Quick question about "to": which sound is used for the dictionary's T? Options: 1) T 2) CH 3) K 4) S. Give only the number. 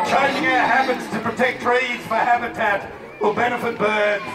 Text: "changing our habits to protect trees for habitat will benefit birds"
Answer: 1